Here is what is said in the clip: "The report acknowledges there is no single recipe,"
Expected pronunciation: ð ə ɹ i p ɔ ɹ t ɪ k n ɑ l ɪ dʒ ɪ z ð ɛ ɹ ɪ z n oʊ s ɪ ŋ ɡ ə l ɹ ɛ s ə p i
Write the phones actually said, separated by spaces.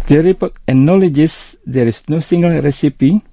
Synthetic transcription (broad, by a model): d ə ɹ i p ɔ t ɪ n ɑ l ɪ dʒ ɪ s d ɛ ɹ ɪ s n oʊ s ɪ ŋ ɡ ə l ɹ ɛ s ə p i